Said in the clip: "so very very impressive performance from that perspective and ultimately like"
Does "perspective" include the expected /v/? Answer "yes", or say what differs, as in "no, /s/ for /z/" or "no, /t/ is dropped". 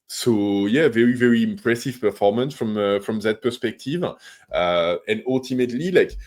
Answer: yes